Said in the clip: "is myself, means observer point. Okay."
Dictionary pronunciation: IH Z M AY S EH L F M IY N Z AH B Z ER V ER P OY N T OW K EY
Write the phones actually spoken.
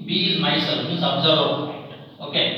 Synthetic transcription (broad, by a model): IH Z M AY S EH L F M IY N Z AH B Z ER ER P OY T OW K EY